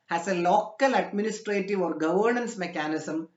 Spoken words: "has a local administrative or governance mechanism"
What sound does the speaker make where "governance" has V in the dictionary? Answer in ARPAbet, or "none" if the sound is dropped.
V